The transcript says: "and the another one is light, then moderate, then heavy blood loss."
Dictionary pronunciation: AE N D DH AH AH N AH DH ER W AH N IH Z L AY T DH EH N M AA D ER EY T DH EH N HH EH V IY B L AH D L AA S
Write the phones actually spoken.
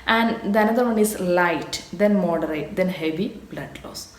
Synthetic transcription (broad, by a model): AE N D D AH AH N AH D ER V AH N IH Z L AY T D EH N M AA D ER EY T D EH N HH EH V IY B L AH D L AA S